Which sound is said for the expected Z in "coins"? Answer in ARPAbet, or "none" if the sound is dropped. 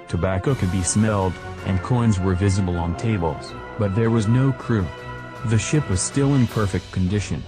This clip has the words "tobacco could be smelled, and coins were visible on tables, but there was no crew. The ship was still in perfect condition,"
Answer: Z